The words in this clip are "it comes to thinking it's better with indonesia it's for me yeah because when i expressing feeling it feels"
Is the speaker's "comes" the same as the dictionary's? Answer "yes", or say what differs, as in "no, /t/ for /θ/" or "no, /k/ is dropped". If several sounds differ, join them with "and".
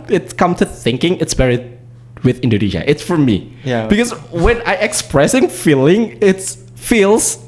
no, /z/ is dropped